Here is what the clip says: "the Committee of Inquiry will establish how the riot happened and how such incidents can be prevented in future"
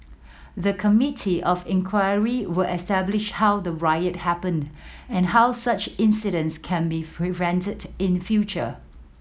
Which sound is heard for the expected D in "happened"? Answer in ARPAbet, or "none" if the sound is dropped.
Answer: D